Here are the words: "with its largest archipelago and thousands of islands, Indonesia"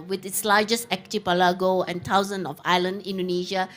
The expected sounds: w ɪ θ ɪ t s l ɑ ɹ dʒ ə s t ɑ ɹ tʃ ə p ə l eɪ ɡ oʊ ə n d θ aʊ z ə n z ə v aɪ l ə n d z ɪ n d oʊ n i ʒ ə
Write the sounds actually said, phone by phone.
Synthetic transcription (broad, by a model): w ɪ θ ɪ t s l ɑ dʒ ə s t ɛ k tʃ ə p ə l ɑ ɡ oʊ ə n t aʊ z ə n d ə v aɪ l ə n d ɪ n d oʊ n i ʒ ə